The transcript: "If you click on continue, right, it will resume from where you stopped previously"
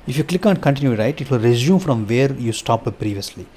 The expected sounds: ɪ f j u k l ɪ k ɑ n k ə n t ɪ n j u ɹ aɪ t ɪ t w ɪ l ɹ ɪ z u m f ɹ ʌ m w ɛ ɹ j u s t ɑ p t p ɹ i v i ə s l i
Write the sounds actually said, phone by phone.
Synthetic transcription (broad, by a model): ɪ f j u k l ɪ k ɑ n k ə n t ɪ n j u ɹ aɪ t ɪ t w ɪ l ɹ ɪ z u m f ɹ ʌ m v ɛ ɹ j u s t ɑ p p ɹ i v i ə s l i